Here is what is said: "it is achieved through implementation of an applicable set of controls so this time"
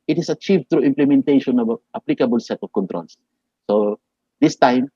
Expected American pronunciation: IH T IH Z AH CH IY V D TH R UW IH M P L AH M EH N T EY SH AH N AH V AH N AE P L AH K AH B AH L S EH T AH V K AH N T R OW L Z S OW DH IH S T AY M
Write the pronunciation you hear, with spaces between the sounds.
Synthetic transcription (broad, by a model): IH T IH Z AH CH IY V D T R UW IH M P L AH M EH N T EY SH AH N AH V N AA P L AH K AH B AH L S EH T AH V K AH N T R OW L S S OW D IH S T AY M